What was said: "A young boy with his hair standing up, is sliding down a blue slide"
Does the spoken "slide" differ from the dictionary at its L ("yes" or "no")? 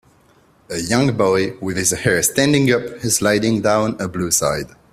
yes